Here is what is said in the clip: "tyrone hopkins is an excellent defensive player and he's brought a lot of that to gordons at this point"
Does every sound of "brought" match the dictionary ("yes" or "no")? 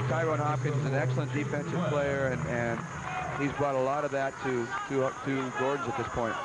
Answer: yes